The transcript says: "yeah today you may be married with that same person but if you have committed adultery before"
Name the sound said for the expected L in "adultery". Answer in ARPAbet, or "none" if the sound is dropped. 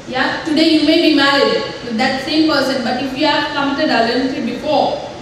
N